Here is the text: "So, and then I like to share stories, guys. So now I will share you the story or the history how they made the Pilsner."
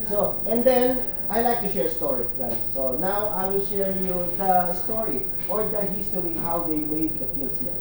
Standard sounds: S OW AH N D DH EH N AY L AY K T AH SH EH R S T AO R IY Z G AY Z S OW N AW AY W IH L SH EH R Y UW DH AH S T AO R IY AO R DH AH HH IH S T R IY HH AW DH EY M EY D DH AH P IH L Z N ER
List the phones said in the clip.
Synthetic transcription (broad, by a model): S OW AH N D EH N AY L AY K T AH SH EH R S T AO R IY G AY S OW N AW AY W IH L SH EH R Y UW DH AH S T AO R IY AO R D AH HH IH S T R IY HH AW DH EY M EY D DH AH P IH L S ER